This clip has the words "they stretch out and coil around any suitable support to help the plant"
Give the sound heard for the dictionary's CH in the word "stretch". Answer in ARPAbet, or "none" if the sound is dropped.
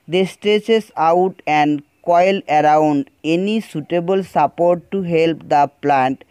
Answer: S